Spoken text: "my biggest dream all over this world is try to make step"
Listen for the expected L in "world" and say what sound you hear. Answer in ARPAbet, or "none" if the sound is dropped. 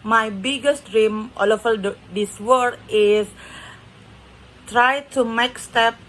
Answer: none